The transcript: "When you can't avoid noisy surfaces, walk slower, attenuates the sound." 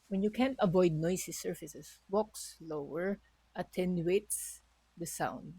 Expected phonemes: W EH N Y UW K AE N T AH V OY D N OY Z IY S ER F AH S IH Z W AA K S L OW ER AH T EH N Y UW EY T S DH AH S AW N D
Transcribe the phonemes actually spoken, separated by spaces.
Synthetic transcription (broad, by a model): W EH N Y UW K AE N T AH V OY D N OY S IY S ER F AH S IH S W AA K S L OW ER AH T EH N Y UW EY T S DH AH S AW N D